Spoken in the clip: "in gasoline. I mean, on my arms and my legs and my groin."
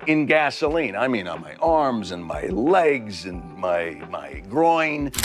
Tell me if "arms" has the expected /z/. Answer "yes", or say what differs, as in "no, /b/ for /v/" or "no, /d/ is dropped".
yes